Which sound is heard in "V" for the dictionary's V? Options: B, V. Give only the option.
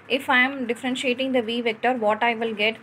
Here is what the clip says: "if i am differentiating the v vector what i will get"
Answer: V